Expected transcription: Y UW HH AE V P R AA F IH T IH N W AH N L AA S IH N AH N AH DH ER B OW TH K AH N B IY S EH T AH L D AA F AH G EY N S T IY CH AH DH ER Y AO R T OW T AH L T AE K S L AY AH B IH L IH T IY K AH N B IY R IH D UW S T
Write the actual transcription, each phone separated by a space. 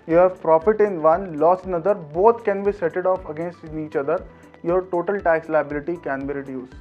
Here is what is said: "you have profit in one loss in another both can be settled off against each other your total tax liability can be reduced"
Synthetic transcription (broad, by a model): Y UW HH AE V P R AA F IH T IH N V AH N L AA S IH N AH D AH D B OW T K AH N B IY S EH T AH D AA F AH G EY N S T IY CH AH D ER Y AO R T OW T AH L T AE K S L AY AH B IH L IH T IY K AH N B IY R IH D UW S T